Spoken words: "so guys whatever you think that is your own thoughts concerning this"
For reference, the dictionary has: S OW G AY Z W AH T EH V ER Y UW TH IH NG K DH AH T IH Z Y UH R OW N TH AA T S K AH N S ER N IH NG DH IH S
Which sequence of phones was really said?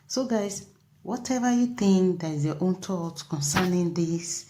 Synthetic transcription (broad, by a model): S OW G AY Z W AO T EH V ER Y UW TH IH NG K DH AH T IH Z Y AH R OW N T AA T K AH N S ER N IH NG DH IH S